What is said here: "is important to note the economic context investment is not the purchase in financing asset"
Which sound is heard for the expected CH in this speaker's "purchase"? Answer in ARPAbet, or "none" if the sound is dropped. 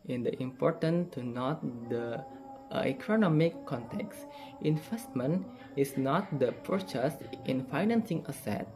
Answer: CH